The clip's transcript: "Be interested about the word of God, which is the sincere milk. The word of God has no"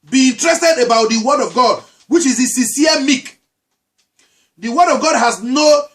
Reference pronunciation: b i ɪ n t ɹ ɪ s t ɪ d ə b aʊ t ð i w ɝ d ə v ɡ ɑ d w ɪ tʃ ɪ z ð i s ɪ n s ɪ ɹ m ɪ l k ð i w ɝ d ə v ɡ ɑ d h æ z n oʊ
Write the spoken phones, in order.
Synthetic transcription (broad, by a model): b i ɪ n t ɹ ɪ s t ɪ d ə b aʊ t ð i w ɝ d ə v ɡ ɑ d w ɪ tʃ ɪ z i s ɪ s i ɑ m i k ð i w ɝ d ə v ɡ ɑ d h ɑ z n oʊ